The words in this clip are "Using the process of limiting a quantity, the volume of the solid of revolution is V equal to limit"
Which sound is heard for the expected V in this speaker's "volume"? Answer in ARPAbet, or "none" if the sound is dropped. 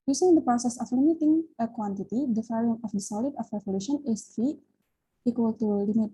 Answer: F